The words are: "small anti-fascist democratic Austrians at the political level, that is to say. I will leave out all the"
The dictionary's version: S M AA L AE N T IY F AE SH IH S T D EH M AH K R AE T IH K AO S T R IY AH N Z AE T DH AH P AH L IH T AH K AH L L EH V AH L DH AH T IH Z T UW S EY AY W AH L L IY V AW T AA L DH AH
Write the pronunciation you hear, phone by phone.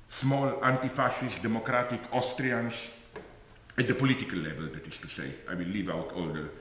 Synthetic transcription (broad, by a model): S M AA L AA N T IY F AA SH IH S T D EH M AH K R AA T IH K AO S T R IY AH N S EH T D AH P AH L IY T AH K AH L L EH V AH L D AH T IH S T UW S EY AY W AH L L IY V AW T AA L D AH